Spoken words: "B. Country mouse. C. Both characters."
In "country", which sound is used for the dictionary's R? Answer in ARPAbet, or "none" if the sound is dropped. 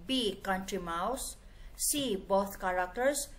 R